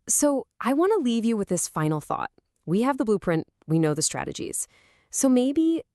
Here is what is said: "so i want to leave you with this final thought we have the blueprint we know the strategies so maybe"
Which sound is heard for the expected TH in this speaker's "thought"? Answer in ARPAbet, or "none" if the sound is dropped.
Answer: TH